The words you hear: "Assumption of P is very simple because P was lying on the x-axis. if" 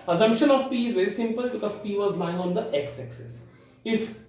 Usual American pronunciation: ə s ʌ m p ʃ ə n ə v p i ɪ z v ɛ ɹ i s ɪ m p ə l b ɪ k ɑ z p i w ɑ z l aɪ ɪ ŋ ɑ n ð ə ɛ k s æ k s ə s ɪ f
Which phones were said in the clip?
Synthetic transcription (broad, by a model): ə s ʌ m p ʃ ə n ə v p i ɪ z v ɛ ɹ i s ɪ m p ə l b ɪ k ɑ z p i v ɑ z l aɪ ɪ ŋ ɑ n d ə ɛ k s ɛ k s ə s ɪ f